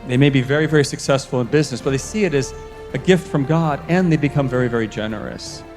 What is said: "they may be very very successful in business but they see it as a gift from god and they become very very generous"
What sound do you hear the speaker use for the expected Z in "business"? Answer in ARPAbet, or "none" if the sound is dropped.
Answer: Z